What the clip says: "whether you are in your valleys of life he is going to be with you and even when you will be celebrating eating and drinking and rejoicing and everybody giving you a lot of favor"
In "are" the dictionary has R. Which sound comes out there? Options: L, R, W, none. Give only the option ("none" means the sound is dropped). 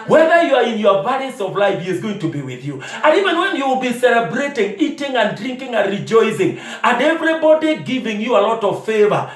R